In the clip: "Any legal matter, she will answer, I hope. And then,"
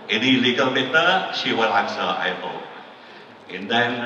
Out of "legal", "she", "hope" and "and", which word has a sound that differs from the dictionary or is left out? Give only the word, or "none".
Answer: hope